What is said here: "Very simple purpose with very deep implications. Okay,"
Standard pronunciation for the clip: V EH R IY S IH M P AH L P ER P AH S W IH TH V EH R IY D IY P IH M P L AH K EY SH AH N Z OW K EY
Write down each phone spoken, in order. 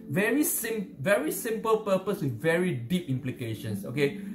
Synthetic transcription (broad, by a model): V EH R IY S IH M P AH L P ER P AH S W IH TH V EH R IY D IY P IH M P L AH K EY SH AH N S OW K EY